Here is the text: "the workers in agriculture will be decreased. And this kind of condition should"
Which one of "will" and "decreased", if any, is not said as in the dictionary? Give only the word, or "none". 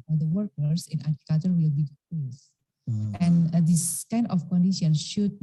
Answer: decreased